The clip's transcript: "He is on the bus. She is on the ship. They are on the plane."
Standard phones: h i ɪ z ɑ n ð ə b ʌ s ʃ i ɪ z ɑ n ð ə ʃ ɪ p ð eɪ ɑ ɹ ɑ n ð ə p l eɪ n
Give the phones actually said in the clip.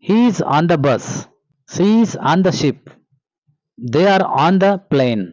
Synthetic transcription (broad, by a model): h i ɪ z ɑ n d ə b ʌ s s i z ɑ n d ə ʃ ɪ p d eɪ ɑ ɹ ɑ n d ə p l eɪ n